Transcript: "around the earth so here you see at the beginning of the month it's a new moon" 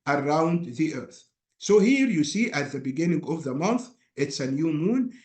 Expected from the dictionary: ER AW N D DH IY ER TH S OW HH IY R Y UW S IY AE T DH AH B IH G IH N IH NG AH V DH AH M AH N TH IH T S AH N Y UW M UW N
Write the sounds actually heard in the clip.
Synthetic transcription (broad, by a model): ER AW N D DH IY ER TH S OW HH IY R Y UW S IY AE T DH AH B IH G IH N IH NG AH V DH AH M AH N TH IH T S AH N Y UW M UW N